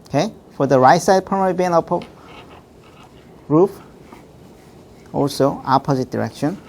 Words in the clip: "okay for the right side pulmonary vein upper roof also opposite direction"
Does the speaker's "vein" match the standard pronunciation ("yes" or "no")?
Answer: no